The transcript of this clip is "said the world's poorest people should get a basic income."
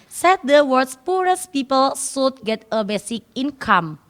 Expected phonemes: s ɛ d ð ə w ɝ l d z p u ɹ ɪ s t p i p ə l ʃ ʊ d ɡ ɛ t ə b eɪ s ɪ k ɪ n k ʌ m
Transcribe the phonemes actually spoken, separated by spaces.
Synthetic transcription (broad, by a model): s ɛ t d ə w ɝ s p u ɹ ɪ s p i p ə l s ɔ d ɡ ɛ t ə b eɪ s ɪ k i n k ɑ m